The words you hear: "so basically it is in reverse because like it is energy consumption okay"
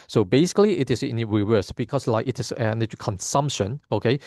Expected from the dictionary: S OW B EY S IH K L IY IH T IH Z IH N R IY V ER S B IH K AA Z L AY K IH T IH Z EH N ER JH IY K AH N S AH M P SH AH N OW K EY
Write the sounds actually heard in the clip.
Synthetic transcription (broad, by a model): S OW B EY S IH K L IY IH T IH S IH N R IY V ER S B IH K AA S L AY K IH T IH S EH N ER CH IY K AH N S AH M P SH AH N OW K EY